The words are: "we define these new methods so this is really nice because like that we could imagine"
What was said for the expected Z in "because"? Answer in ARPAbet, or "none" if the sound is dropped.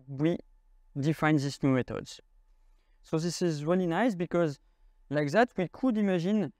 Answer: Z